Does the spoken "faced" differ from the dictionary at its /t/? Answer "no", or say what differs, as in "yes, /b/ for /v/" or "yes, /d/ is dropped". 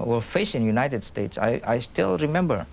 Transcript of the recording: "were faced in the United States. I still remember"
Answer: yes, /t/ is dropped